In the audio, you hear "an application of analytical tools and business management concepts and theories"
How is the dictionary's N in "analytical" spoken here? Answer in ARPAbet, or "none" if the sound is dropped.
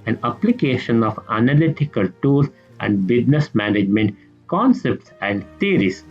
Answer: N